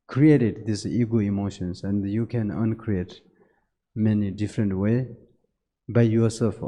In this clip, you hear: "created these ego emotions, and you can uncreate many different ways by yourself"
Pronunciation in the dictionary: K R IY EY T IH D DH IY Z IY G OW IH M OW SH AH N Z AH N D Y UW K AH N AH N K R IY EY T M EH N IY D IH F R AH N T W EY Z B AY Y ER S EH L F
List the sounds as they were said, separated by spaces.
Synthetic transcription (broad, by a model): K R IY EY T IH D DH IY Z IY G OW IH M OW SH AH N S AH N D Y UW K AH N AH N K R IY EY T M EH N IY D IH F R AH N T W EY B AY Y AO S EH L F